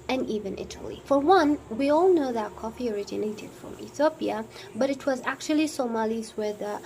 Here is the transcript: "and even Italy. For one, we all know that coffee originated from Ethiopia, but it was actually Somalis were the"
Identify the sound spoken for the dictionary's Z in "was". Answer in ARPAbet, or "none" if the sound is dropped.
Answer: Z